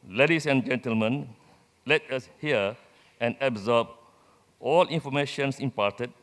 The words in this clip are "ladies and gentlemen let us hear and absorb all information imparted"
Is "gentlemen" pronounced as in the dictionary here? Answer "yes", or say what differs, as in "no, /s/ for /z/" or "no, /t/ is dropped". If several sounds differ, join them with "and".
yes